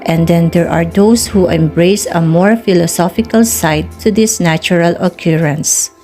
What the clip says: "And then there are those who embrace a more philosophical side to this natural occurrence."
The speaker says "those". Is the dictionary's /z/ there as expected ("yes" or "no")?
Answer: no